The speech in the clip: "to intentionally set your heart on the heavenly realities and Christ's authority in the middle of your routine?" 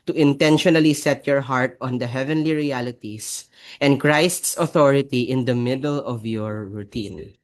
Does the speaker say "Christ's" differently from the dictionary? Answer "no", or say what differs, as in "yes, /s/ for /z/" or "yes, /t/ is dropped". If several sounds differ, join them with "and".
no